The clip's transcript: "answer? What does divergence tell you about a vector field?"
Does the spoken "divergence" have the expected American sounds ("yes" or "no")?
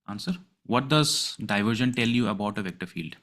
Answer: no